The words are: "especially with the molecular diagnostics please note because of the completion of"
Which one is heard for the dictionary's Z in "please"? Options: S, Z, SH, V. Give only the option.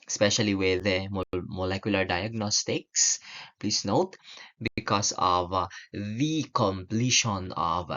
S